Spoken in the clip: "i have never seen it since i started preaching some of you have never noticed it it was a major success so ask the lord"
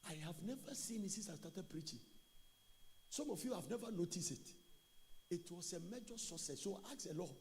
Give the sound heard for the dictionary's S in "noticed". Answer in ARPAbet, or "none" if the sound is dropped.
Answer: S